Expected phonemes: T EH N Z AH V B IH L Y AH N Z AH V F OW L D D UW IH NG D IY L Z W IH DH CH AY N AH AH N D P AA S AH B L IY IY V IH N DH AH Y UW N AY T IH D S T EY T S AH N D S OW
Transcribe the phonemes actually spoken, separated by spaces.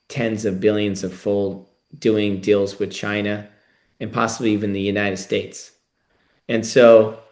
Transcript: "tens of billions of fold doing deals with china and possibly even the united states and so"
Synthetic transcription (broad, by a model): T EH N Z AH V B IH L Y AH N Z AH V F OW L D D UW IH NG D IY L Z W IH DH CH AY N AH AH N P AA S AH B L IY IY V IH N DH AH Y UW N AY T IH D S T EY T S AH N S OW